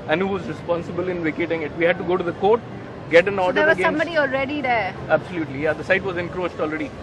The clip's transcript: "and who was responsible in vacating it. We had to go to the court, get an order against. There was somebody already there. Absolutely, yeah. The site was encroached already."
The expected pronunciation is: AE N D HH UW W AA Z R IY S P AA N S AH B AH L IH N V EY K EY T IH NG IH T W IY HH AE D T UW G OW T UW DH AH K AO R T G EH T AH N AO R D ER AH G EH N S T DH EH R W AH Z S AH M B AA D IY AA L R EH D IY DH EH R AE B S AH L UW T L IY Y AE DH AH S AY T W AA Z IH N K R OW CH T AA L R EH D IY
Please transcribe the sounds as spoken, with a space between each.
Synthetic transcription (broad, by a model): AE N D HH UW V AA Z R IY S P AA N S AH B AH L IH N V EY K EY T IH NG IH T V IY HH AE D T UW G OW T UW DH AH K AO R T G EH T AH N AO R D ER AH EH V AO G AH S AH M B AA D IY AA L R EH D IY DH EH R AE B S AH L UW T L IY Y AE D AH S AY T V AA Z IH N K R OW CH T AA L R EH D IY